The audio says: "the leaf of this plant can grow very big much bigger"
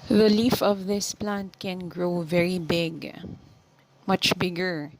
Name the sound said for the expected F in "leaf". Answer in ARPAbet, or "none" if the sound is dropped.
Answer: F